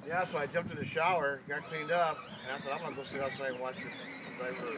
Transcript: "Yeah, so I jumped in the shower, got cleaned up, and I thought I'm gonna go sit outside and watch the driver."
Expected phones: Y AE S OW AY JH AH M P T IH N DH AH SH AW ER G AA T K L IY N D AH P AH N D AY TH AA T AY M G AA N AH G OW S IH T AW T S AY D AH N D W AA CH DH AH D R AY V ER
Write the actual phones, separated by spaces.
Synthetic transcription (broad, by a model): Y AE S OW AY JH AH M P T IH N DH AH SH AW ER G AA T K L IY N D AH P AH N AY S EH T AY M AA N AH G OW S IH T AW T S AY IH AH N W AA CH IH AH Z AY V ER